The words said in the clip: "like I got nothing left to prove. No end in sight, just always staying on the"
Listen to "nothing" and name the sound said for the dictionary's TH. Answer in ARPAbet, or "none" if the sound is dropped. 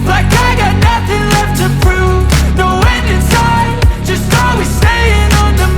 TH